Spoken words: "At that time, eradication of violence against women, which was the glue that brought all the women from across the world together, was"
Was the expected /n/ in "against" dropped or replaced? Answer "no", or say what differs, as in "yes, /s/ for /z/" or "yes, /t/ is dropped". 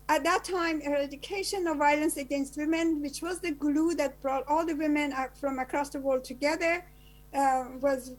no